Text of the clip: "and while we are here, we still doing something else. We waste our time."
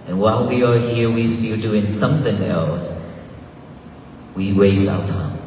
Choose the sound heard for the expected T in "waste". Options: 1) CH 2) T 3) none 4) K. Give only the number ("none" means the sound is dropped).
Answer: 3